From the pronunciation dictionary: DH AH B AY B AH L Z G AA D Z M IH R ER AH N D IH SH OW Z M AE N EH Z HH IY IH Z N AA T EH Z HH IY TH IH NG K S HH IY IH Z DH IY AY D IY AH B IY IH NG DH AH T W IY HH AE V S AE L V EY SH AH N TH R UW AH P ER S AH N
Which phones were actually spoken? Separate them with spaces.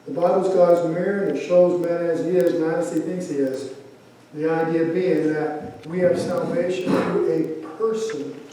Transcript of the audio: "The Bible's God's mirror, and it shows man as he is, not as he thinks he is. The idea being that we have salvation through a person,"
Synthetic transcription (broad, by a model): DH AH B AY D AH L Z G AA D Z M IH R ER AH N SH OW Z M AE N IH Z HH IY IH Z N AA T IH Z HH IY TH IH NG K S HH IY IH Z DH IY AY D IY AH B IY IH NG DH AH T W IY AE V S AE L V EY SH AH N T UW AH P ER S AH N